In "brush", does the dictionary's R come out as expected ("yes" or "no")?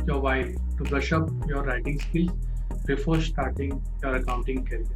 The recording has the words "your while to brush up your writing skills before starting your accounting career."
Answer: no